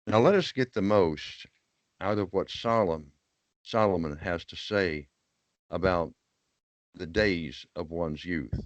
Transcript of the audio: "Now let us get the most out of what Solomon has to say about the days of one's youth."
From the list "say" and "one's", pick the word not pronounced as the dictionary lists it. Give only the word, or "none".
none